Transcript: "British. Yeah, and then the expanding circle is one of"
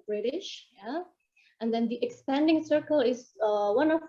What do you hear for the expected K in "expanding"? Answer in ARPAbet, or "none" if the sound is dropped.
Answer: K